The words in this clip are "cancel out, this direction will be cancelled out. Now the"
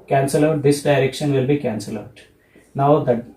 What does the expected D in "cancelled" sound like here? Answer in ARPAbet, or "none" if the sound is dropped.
none